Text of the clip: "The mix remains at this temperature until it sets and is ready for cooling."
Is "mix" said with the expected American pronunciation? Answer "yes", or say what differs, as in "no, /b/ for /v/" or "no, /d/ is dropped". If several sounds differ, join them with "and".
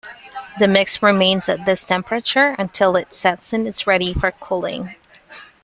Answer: yes